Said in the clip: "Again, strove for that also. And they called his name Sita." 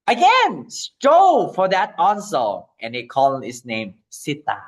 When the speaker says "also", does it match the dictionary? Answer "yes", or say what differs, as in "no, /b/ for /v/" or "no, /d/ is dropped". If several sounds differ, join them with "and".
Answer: no, /n/ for /l/